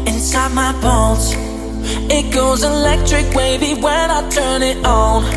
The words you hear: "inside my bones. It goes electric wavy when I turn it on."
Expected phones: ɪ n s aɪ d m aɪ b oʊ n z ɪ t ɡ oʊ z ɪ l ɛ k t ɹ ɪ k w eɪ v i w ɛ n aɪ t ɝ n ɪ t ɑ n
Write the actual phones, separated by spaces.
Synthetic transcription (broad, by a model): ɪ n s aɪ d m aɪ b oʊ l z ɪ t ɡ oʊ z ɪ l ɛ k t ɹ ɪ k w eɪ b i w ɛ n aɪ t ɝ n ɪ t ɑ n